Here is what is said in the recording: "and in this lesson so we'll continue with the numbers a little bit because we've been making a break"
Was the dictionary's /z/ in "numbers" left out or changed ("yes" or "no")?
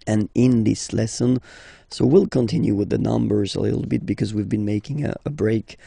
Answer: no